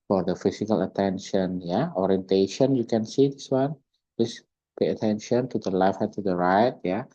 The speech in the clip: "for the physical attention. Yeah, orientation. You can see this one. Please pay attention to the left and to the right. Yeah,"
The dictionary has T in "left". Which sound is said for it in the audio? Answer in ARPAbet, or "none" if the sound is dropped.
none